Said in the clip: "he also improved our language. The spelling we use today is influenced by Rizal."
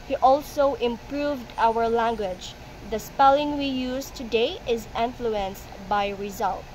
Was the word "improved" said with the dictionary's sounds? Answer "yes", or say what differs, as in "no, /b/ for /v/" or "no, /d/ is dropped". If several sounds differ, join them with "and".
yes